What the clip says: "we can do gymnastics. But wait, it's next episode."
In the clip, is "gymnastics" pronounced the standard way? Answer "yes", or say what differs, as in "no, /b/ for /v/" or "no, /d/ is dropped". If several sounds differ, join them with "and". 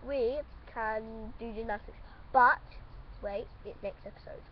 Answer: no, /m/ is dropped